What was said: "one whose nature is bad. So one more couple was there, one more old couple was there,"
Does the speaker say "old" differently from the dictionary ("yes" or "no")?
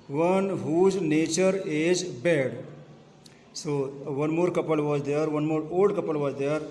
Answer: yes